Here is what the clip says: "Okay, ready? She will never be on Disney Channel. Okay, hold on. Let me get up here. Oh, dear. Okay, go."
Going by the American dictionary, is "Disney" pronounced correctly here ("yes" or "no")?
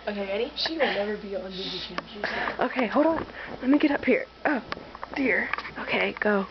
no